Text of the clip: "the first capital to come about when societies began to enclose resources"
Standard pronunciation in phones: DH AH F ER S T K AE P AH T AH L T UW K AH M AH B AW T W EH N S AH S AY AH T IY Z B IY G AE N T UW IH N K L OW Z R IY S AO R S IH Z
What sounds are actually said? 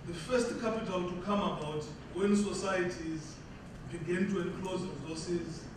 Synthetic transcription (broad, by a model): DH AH F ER S T K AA P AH T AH L T UW K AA M AH B AW T W EH N S AH S AY AH T IY Z B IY G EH N T UW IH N K L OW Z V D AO S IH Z